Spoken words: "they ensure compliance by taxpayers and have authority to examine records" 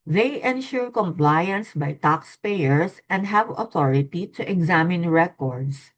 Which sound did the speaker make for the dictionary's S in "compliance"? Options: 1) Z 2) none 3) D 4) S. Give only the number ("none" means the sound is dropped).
4